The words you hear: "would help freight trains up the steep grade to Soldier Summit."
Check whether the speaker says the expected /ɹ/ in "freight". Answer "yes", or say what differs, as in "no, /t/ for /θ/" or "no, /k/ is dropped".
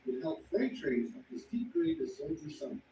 no, /l/ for /ɹ/